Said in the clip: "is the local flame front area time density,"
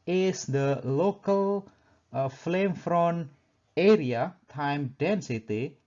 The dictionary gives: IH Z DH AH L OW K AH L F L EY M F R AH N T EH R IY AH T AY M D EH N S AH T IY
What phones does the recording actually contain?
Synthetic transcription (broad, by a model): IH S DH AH L OW K AH L F L EY M F R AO N EH R IY AH T AY M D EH N S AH T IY